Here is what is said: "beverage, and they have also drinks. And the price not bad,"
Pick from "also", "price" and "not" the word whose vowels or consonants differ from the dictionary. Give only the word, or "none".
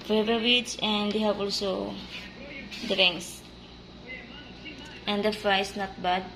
price